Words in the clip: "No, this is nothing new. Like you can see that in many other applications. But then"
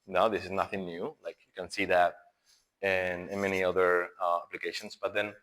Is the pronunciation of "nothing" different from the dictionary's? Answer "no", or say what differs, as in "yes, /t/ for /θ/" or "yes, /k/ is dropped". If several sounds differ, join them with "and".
no